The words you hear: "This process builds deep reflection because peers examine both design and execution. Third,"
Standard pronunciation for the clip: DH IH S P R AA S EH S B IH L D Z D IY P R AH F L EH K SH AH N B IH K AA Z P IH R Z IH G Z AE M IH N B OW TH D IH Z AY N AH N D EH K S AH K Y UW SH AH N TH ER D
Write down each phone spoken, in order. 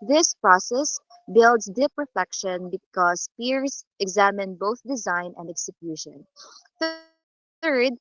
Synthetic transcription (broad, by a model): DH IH S P R AA S EH S B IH L D S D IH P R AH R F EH K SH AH N B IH K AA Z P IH R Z IH G Z AE M IH N B OW TH D IH Z AY N AH N D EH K S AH K Y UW SH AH N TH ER D